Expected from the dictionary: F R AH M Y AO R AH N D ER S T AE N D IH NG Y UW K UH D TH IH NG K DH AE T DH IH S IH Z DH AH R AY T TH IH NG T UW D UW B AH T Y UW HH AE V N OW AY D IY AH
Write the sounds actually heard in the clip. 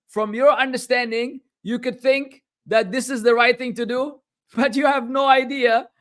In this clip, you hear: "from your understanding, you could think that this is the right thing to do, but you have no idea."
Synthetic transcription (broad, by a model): F R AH M Y AO R AH N D ER S T AE N D IH NG Y UW K UH D TH IH NG K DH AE T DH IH S IH Z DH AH R AY T TH IH NG T UW D UW B AH T Y UW HH AE V N OW AY D IY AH